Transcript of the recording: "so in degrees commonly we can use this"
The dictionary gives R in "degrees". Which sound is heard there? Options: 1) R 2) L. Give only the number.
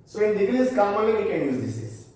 2